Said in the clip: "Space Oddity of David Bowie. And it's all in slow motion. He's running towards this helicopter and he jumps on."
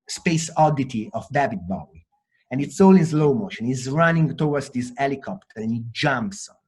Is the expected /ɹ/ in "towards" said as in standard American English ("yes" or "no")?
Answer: no